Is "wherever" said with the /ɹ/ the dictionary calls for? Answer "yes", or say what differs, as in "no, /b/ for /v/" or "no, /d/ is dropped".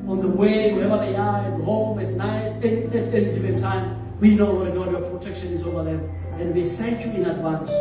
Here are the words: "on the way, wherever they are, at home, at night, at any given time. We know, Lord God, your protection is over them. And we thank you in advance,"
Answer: no, /w/ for /ɹ/